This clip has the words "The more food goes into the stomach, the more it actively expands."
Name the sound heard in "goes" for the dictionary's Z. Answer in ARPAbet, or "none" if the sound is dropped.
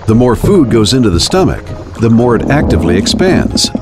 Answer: Z